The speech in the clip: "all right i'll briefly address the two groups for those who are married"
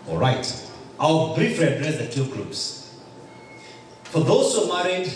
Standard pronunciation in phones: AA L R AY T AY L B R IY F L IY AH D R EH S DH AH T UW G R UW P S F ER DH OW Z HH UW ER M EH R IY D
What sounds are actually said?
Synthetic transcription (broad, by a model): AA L R AY T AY W B R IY F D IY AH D R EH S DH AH T UW G R UW P S F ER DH OW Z HH UW M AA R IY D